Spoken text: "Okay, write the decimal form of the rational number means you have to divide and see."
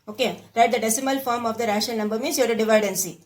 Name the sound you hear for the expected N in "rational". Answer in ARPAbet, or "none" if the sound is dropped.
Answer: none